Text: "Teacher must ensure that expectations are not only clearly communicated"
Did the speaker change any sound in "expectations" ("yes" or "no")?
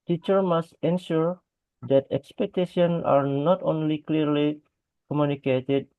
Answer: yes